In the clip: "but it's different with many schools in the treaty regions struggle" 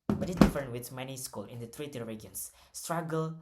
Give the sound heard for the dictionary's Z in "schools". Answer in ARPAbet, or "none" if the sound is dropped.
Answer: none